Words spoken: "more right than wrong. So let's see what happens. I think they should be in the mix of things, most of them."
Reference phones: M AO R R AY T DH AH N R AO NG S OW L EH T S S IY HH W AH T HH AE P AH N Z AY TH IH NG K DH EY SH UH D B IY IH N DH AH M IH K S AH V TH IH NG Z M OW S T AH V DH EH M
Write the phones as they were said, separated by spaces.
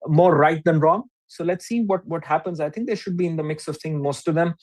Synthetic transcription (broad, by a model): M AO R R AY T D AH N R AO NG S OW L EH T S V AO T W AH T HH AE P AH N Z AY T IH NG K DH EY SH UH D B IY IH N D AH M IH K S AH V T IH NG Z M OW S T AH V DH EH M